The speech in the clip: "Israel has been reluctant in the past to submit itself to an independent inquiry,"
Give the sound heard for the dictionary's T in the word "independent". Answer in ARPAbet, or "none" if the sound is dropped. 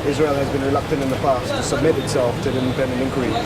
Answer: none